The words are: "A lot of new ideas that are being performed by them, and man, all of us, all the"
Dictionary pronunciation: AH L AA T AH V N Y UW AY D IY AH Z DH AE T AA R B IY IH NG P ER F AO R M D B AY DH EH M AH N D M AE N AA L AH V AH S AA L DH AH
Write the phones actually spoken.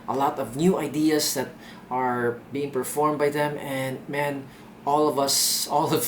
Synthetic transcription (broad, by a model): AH L AA T AH V N Y UW AY D IY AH S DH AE T AA R B IY IH NG P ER F AO R M B AY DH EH M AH N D M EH N AA L AH V AH S AA L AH